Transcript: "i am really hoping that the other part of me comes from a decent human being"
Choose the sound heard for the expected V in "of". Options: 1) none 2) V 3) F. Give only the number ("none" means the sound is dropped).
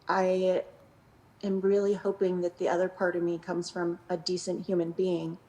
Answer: 2